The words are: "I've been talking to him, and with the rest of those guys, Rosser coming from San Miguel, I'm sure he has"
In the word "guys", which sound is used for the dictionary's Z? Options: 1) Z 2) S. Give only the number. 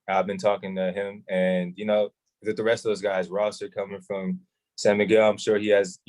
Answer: 1